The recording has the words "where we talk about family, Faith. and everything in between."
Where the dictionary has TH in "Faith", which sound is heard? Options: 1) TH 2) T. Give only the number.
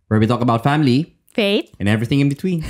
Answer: 2